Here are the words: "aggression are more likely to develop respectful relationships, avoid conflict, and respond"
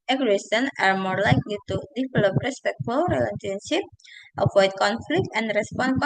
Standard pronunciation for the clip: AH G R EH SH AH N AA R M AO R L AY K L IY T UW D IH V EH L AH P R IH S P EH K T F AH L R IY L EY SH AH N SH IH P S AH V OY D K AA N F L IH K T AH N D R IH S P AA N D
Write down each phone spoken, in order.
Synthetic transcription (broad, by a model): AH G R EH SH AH N AA R M AO R L AY K L IY T UW D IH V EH L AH P R IH S P EH K T F AH L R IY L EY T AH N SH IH P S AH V OY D K AA N F L IH K T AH N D R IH S P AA N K